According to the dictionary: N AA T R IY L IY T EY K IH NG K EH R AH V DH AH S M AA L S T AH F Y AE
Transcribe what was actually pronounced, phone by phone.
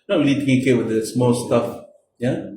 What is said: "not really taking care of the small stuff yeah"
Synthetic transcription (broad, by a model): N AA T R IY L IY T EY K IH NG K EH W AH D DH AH S M AA L S T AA F Y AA